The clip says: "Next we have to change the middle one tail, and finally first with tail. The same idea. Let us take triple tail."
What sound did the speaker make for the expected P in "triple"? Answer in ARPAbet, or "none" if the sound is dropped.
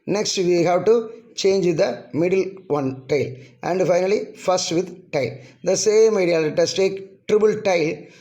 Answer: B